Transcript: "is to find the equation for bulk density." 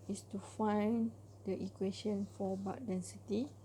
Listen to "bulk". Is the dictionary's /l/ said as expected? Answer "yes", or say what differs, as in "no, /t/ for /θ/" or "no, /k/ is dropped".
no, /l/ is dropped